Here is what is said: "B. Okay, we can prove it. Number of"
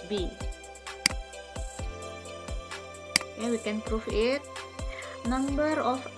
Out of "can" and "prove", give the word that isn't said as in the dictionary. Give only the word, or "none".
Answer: prove